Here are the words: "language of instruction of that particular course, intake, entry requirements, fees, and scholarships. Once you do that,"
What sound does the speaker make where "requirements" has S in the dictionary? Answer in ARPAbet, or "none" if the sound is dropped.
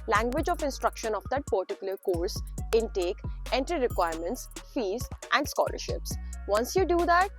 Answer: S